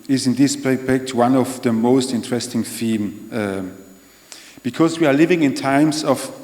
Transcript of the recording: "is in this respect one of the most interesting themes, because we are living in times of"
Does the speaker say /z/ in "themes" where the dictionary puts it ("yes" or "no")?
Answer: no